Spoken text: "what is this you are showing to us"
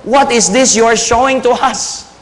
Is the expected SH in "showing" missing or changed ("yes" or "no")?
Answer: no